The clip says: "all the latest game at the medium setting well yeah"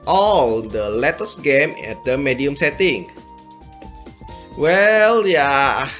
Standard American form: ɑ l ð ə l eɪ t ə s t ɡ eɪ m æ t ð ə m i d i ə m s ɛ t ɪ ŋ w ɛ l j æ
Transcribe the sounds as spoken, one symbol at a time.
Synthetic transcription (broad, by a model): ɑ l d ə l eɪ t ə s ɡ eɪ m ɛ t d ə m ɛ d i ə m s ɛ t ɪ ŋ w ɛ l j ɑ